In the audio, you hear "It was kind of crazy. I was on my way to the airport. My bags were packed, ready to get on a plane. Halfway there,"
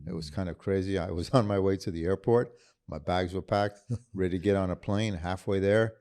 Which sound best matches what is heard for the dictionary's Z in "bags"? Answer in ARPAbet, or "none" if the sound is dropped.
Z